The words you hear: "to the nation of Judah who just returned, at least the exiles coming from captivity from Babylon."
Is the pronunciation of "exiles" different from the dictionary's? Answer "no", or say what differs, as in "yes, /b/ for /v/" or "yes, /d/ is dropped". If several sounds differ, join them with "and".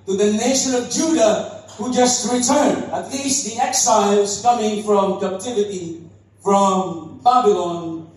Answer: no